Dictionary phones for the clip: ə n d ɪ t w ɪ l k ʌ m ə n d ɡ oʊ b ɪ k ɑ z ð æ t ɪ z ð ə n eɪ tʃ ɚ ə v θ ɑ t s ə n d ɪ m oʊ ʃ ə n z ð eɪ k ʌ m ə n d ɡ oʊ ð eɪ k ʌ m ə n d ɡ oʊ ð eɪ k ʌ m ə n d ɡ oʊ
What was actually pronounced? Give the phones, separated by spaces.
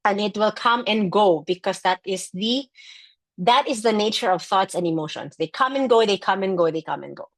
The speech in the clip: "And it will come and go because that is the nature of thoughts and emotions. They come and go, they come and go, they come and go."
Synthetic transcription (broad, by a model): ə n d ɪ t w ɪ l k ʌ m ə n ɡ oʊ b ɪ k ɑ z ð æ t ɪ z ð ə n eɪ tʃ ɚ ə v θ ɑ t s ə n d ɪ m oʊ ʃ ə n s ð eɪ k ʌ m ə n ɡ oʊ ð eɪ k ʌ m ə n ɡ oʊ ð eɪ k ʌ m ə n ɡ oʊ